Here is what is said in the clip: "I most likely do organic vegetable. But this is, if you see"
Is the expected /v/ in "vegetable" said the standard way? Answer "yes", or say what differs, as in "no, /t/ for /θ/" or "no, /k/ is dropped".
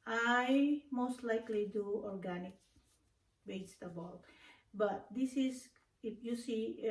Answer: no, /b/ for /v/